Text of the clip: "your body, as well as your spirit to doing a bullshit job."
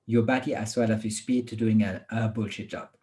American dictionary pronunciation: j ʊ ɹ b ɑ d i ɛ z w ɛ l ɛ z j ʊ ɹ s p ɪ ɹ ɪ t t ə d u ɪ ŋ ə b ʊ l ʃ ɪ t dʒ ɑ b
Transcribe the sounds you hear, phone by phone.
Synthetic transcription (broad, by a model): j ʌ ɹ b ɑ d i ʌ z w ɛ l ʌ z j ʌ s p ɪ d t ə d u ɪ ŋ ə b ʊ l ʃ ɪ t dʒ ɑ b